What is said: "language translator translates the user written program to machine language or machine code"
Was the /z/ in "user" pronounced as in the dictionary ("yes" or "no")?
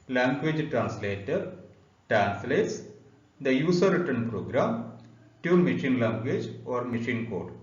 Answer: no